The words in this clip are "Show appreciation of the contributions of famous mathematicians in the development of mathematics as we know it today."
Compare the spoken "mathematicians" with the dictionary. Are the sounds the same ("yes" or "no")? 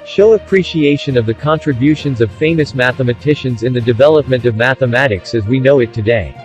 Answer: yes